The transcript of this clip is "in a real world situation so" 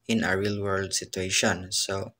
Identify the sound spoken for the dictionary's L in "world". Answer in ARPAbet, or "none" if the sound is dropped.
L